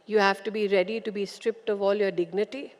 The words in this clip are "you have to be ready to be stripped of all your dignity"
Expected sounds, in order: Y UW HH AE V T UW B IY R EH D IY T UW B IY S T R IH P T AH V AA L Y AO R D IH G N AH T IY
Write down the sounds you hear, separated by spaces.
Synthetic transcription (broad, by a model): Y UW HH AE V T UW B IY R EH D IY T UW B IY S T R IH P T AH V AA L Y AO R D IH G N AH T IY